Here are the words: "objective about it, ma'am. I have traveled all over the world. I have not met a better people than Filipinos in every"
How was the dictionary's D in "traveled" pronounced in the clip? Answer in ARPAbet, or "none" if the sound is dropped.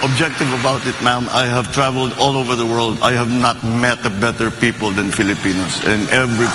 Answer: D